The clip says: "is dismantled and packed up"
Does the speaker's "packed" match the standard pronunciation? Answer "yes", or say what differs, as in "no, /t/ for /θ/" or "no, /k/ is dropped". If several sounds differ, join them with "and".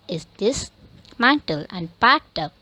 no, /k/ is dropped